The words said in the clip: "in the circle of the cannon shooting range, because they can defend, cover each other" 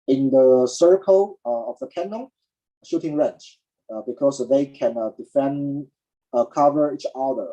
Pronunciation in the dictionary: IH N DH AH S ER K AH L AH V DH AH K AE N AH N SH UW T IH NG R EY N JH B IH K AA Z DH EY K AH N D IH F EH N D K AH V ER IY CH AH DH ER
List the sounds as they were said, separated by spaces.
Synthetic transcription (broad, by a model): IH N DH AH S ER K AH L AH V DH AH K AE N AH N SH UW T IH NG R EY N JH B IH K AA S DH EY K AH N D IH F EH N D K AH V ER IY CH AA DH ER